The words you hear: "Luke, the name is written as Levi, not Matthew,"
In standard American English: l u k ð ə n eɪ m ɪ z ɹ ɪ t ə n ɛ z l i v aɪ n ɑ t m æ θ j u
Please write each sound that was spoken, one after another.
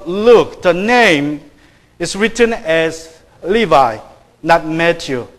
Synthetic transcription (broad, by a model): l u k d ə n eɪ m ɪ s ɹ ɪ t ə n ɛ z l i v aɪ n ɑ t m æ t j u